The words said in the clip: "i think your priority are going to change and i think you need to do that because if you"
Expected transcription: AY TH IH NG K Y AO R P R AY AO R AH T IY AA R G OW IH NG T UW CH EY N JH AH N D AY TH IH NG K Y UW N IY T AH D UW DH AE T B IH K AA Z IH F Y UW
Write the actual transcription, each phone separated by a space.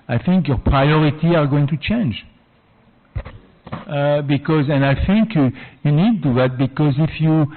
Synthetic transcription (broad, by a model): AY TH IH NG K Y AO R P R AY AO R AH T IY AA R G OW IH NG T UW CH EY N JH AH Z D AY TH IH NG K Y UW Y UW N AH D UW DH AE T B IH K AA Z IH F Y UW